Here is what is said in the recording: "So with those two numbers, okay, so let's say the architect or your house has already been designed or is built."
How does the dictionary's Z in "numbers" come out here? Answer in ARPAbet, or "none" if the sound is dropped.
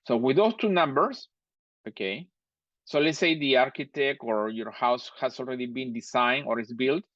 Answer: S